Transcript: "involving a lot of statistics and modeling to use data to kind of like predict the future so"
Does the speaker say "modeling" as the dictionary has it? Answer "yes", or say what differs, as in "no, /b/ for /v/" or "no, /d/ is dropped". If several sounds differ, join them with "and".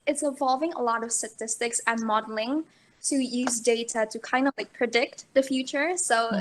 yes